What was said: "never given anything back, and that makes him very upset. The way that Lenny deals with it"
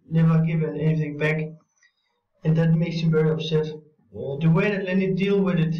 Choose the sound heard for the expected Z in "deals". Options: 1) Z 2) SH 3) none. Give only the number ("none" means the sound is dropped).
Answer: 3